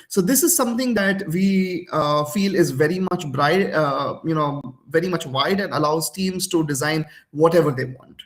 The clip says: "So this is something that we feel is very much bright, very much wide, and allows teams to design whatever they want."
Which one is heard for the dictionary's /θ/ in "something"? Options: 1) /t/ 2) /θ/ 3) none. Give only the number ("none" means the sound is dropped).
1